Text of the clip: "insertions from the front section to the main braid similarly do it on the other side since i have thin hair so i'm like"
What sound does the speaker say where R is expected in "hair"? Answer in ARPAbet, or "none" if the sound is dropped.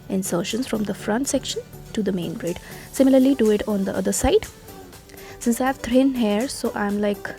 R